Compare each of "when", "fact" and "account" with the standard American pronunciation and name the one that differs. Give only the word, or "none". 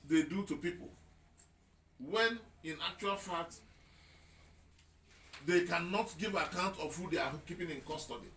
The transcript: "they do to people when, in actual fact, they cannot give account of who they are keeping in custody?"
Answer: fact